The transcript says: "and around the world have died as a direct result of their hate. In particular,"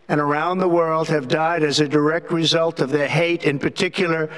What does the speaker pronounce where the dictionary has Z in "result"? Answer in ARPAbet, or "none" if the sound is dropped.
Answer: Z